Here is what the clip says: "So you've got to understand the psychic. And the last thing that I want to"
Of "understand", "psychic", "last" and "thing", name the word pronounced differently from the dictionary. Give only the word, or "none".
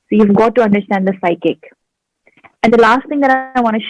thing